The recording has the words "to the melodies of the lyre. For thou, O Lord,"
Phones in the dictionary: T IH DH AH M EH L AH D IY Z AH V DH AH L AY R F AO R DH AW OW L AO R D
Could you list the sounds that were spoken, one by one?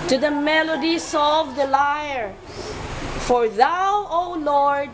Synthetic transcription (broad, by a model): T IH DH AH M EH L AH D IY S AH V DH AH L AY R F AO R DH AW OW L AO R D